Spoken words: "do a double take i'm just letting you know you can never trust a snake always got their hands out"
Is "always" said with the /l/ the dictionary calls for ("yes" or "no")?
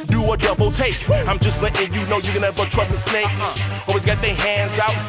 no